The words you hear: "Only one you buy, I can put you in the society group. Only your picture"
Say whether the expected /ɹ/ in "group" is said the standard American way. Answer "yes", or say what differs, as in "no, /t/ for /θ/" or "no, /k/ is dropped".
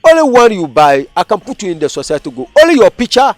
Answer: no, /ɹ/ is dropped